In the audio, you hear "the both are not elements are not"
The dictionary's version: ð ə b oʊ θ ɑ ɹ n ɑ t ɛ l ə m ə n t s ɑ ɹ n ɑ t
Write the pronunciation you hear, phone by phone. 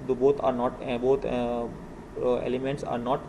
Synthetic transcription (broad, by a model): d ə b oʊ t ɑ ɹ n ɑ t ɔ l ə m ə n t s ɑ ɹ n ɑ t